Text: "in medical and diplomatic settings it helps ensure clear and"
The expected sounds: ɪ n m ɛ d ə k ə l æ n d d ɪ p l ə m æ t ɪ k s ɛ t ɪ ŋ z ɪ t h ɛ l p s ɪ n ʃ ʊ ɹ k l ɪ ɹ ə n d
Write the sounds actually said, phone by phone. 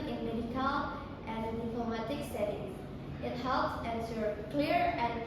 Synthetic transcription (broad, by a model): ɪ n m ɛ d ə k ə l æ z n d ɪ p l ə m æ t ɪ k s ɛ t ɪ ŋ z ɪ t h ɛ l p s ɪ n s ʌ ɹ k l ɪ ɹ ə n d